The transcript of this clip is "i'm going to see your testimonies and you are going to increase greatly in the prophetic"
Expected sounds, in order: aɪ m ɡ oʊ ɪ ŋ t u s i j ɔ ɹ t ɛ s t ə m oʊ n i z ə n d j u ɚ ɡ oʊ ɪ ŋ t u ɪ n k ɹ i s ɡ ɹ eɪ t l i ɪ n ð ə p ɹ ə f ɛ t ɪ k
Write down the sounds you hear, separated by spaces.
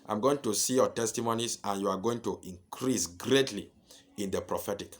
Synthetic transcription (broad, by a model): aɪ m ɡ oʊ ɪ ŋ t u s i j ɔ t ɛ s t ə m oʊ n i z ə n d j u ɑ ɡ oʊ ɪ ŋ t u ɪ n k ɹ i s ɡ ɹ eɪ t l i ɪ n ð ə p ɹ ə f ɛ t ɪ k